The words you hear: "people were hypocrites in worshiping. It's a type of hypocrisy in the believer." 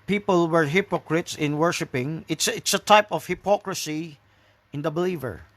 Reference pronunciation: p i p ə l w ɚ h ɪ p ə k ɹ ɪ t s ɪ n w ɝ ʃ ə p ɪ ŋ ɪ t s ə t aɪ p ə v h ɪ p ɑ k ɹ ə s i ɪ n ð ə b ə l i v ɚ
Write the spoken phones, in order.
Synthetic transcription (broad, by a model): p i p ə l w ɚ h ɪ p ə k ɹ ɪ t s ɪ n w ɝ ʃ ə p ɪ ŋ ɪ t s ə t aɪ p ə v h ɪ p ɑ k ɹ ə s i ɪ n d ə b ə l i v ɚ